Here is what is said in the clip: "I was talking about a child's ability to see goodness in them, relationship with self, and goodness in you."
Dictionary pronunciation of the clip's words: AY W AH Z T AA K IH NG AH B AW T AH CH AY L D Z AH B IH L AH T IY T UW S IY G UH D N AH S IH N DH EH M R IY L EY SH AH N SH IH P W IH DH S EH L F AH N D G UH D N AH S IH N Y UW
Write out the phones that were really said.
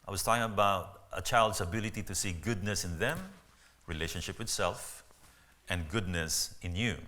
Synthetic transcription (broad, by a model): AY W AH S T AA K IH NG AH B AW T AH CH AY L D S AH B IH L AH T IY T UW S IY G UH D N AH S IH N DH EH M R IY L EY SH AH N SH IH P W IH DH S EH L F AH N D G UH D N AH S IH N Y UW